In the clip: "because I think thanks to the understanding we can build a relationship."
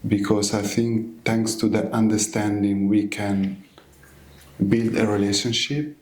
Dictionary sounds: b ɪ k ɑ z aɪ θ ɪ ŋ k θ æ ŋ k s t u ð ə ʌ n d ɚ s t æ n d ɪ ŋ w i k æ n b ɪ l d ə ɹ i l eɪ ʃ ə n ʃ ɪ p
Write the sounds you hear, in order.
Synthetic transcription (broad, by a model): b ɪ k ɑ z aɪ θ ɪ ŋ k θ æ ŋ k s t u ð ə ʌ n d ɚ s t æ n d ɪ ŋ w i k æ n b ɪ l d ə ɹ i l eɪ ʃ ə n ʃ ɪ p